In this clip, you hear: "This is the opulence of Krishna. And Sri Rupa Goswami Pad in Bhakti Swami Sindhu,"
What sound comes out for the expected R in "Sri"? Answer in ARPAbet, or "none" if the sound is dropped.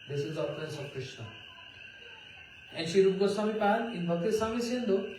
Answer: none